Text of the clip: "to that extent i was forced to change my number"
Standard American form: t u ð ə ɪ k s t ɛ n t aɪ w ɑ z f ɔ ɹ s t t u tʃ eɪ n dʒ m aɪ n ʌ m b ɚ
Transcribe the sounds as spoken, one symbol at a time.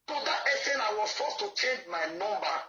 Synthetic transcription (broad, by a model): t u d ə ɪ s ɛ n aɪ w ɑ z f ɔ s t t u tʃ eɪ n dʒ m aɪ n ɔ m b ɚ